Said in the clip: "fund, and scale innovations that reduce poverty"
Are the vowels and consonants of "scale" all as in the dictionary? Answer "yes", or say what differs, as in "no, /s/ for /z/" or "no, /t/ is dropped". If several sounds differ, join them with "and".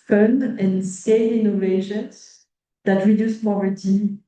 no, /k/ is dropped